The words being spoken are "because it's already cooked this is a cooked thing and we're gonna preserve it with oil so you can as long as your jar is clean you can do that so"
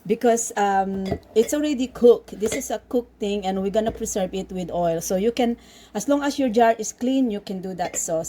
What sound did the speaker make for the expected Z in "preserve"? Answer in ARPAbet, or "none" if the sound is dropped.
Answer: S